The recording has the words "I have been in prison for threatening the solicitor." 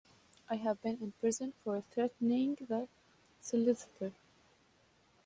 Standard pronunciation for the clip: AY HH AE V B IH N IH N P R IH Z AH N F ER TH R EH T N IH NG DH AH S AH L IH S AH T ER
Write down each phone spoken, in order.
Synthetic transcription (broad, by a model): AY HH AE V B IH N IH N P R IH Z AH N F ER TH R EH T N IH NG DH AH S AH L IH S AH T ER